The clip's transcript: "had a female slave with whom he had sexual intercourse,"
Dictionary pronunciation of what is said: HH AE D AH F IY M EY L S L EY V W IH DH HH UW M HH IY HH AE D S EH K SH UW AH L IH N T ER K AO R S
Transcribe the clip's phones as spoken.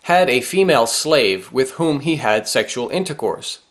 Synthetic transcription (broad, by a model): HH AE D AH F IY M EY L S L EY V W IH DH HH UW M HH IY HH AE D S EH K SH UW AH L IH N T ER K AO R S